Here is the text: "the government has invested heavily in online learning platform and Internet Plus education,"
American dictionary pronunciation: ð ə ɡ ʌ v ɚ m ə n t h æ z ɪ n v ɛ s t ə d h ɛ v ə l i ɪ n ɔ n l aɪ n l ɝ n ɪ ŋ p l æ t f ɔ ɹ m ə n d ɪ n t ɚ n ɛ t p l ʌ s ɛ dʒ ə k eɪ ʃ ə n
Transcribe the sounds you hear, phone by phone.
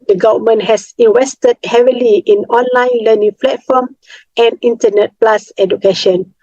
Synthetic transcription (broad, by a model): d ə ɡ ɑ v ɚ m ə n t h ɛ s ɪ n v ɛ s t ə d h ɛ v ə l i ɪ n ɔ n l aɪ n l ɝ n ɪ ŋ f l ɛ t f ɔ m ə n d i n t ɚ n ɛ t p l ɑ s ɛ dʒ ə k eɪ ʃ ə n